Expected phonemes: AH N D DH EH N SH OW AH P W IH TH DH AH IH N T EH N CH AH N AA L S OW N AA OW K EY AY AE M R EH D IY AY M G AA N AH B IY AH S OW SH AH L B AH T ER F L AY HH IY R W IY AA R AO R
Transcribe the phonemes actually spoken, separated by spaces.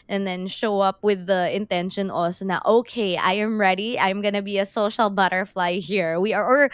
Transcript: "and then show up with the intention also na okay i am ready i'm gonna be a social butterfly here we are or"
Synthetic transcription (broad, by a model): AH N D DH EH N SH OW AH P W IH DH AH IH N T EH N SH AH N AA L S OW N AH OW K EY AY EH M R EH D IY AY M G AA N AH B IY AH S OW SH AH L B AH T ER F L AY HH IY R W IY AA R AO R